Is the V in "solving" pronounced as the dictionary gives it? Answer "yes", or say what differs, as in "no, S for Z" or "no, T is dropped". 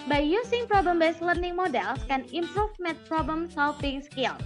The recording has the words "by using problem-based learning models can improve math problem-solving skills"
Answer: no, F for V